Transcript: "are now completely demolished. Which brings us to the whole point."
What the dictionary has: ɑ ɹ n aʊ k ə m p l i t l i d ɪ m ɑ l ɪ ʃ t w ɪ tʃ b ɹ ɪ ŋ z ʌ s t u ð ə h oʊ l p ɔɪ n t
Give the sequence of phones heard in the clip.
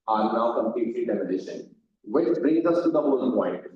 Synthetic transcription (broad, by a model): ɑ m n aʊ k ə m p l i t l i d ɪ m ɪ n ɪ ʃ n w ɪ tʃ b ɹ ɪ ŋ z ʌ s t u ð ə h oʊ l p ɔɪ n t